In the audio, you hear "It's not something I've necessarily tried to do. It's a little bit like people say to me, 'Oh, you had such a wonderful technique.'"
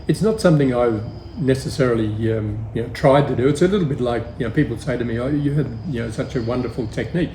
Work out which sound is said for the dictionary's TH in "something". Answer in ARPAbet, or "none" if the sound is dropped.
TH